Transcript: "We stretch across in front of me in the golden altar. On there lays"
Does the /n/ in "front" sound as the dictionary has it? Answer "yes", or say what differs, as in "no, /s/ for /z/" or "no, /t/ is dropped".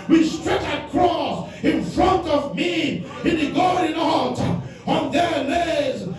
yes